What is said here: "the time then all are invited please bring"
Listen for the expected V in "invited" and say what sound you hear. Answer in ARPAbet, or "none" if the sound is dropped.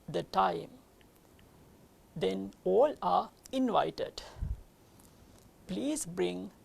V